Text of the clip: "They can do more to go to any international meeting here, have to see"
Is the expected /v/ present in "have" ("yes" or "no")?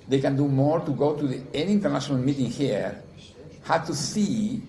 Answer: no